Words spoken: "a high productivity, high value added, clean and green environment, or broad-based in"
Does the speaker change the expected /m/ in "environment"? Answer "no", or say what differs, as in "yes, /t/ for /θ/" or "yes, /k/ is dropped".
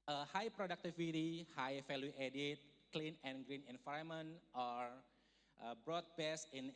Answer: yes, /m/ is dropped